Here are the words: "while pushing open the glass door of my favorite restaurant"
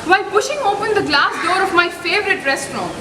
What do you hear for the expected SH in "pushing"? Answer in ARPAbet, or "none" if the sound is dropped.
SH